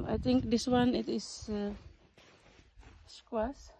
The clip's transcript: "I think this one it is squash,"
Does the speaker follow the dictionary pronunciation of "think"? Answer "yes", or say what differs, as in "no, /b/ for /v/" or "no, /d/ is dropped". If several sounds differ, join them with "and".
no, /t/ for /θ/